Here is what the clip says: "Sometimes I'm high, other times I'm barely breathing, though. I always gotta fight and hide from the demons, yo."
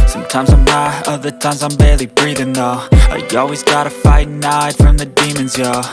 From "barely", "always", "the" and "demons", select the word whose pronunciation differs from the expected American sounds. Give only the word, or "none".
none